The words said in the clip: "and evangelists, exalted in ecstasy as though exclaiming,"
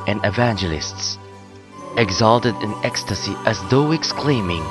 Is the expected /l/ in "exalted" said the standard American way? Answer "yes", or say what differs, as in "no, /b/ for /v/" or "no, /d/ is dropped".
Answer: yes